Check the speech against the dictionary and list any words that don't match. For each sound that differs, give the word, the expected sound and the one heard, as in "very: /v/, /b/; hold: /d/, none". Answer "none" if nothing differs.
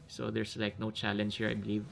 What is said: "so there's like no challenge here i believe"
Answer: there's: /z/, /s/